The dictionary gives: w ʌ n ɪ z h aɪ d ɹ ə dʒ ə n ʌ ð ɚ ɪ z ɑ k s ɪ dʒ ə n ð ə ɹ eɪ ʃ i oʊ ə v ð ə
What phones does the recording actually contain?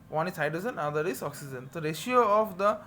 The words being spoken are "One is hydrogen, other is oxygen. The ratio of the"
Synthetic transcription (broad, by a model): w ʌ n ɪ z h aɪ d ə z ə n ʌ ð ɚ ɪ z ɑ k s ɪ dʒ ə n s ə ɹ eɪ ʃ i oʊ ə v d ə